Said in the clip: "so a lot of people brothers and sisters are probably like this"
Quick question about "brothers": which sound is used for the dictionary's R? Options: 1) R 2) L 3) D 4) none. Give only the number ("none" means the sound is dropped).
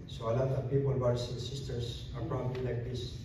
4